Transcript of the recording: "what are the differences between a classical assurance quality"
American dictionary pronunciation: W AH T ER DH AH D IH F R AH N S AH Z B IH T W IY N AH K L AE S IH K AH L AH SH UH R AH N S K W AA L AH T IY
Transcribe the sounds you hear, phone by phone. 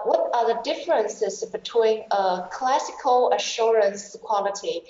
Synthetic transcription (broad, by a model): W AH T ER DH AH D IH F R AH N S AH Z B IH T W IY N AH K L AE S IH K AH L AH SH UH R AH N S K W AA L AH T IY